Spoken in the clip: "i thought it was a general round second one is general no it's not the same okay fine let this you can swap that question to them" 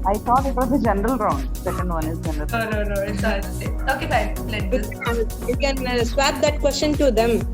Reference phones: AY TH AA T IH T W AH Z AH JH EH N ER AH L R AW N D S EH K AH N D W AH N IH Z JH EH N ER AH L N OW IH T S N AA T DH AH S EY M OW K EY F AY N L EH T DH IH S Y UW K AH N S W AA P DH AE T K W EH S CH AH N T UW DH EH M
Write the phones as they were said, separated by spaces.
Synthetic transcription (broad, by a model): AY T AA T IH T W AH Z AH JH EH N ER AH L R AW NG S EH K AH N D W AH N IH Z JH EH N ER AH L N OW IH N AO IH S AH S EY OW K EY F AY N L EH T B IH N Y UW K AH N S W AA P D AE T K W EH S CH AH N T UW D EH M